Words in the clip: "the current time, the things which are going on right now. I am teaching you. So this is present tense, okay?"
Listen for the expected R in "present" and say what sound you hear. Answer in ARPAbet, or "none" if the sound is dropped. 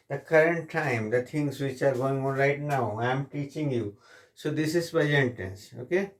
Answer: none